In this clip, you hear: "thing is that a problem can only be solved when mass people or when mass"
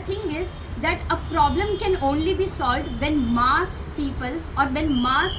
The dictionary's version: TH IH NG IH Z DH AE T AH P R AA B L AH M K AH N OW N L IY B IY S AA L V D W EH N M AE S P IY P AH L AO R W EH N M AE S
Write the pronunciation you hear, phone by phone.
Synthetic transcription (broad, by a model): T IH NG IH Z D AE T AH P R AA B L AH M K AH N OW N L IY B IY S AA L V D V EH N M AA S P IY P AH L AO R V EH N M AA S